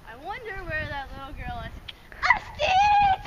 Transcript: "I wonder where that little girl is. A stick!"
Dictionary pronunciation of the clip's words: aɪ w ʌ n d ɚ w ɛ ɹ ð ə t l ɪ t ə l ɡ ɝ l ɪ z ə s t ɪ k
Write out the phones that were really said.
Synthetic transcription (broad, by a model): aɪ w ʌ n d ɚ w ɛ ɹ ð ə t l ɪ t l ɡ ɝ l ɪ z ə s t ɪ